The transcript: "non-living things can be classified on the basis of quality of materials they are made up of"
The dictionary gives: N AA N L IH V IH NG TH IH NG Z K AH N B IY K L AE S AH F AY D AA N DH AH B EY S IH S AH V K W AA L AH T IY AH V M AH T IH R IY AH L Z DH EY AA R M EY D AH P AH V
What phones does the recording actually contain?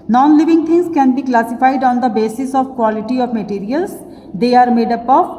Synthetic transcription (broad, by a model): N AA N L IH V IH NG T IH NG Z K AH N B IY K L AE S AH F AY D AA N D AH B EY S IH S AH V K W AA L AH T IY AH V M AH T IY R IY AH L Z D EY AA R M EY D AH P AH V